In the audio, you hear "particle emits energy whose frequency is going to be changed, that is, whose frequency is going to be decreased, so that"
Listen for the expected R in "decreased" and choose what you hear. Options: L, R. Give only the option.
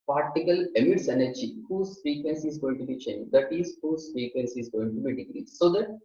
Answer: L